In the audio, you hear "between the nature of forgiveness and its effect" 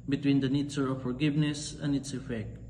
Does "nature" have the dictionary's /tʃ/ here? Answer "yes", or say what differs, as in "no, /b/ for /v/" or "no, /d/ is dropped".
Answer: no, /s/ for /tʃ/